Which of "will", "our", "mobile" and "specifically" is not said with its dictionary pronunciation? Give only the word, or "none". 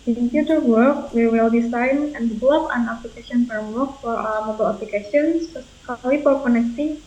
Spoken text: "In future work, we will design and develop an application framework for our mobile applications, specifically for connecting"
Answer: specifically